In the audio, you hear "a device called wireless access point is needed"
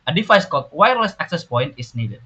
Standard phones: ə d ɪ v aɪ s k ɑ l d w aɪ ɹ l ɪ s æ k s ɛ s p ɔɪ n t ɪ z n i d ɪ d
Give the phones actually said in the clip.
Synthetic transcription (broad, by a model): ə d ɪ f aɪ s k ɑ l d w aɪ ɹ l ɪ s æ k s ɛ s p ɔɪ n t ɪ s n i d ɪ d